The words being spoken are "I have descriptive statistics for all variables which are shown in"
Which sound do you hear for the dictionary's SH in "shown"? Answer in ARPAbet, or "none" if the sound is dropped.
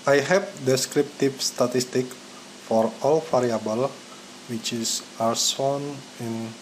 S